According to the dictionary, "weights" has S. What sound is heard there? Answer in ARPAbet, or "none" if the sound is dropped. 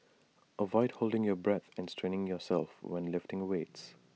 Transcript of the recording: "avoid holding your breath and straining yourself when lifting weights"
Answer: S